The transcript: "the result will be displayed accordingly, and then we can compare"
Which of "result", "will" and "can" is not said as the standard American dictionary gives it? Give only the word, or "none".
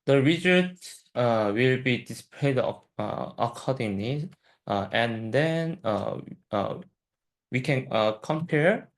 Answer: result